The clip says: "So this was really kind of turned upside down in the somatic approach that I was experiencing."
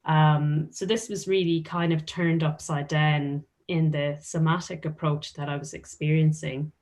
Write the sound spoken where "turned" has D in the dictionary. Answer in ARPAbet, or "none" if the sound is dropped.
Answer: D